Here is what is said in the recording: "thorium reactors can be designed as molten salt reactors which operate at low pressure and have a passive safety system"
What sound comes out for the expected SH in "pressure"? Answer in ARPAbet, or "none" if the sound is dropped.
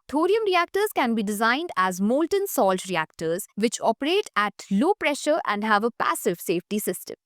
SH